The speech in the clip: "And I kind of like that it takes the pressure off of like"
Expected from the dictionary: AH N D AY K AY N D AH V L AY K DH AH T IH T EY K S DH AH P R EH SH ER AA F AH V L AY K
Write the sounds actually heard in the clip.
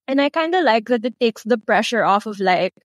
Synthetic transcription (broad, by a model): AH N AY K AY N D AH L AY K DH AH T IH T EY K S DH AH P R EH SH ER AA F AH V L AY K